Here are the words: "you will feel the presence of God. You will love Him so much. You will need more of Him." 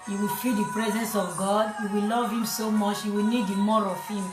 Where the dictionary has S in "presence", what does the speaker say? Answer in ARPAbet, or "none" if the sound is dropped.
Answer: S